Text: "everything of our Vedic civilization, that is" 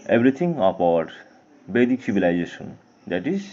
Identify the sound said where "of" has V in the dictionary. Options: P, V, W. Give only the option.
P